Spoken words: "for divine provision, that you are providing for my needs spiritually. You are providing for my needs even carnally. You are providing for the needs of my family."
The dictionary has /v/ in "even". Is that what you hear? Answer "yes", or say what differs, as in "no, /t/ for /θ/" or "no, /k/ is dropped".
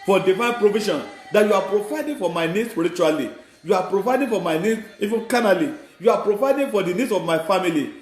no, /f/ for /v/